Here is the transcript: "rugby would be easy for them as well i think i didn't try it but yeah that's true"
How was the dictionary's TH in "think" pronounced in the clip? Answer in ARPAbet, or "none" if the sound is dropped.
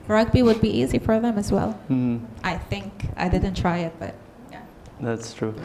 TH